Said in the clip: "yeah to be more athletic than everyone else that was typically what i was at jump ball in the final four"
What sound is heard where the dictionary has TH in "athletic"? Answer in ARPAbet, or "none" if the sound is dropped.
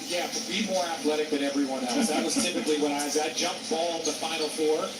TH